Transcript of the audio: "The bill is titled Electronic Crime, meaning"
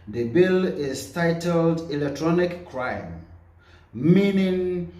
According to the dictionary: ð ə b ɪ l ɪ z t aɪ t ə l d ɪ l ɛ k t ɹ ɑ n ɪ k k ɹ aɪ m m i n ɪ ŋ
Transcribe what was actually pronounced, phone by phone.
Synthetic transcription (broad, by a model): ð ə b ɪ l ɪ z t aɪ t ə l d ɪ l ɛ k t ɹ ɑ n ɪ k k ɹ aɪ m m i n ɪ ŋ